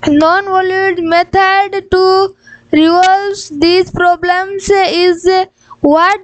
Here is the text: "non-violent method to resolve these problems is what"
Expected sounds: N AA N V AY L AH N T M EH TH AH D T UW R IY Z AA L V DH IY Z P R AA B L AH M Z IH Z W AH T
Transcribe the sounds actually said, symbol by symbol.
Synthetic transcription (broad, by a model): N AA N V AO L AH T M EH T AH D T UW R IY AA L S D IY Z P R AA B L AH M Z IH Z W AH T